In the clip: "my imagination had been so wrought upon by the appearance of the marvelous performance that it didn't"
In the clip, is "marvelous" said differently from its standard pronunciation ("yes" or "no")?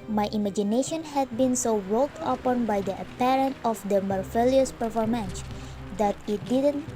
yes